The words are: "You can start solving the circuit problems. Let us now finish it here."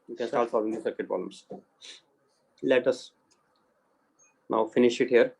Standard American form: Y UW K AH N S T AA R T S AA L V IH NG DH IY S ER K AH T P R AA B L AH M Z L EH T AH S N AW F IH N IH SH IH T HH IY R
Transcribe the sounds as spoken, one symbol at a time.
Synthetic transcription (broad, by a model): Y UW K AH N S T AA R T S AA V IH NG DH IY S ER K AH T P AA L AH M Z L EH T AH S N AW F IH N IH SH IH T HH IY R